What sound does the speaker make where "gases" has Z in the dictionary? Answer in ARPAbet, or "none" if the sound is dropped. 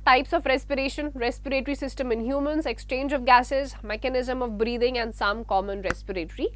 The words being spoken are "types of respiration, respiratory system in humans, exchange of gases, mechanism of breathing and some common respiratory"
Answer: Z